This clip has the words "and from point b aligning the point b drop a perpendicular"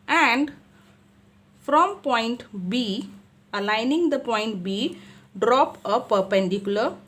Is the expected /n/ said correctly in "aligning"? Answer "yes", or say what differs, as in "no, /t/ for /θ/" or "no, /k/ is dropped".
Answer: yes